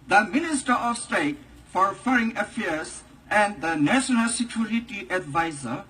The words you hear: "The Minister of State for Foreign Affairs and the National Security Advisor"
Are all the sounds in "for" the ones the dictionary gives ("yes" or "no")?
yes